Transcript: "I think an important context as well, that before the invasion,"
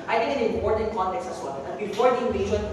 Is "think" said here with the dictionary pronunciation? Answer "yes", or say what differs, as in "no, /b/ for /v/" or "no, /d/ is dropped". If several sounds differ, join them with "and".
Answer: no, /t/ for /θ/